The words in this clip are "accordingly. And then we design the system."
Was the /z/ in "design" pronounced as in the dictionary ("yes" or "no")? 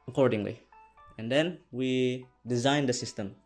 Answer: yes